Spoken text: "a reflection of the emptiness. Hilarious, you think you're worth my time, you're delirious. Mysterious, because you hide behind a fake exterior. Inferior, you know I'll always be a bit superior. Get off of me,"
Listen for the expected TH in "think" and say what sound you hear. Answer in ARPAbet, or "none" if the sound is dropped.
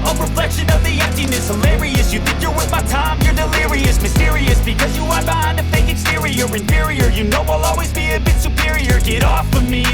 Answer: TH